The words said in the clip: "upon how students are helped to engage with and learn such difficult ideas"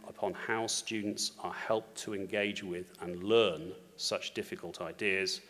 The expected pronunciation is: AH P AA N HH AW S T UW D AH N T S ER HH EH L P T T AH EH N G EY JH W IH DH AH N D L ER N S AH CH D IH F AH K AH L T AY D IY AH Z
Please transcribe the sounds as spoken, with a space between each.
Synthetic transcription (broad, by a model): AH P AA N HH AW S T UW D N T S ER HH EH L P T T AH EH N G EY JH W IH DH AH N L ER N S AH CH D IH F AH K AH L T AY D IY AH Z